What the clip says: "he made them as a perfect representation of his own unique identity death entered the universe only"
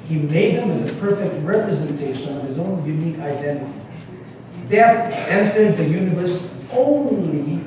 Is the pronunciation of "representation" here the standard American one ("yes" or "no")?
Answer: yes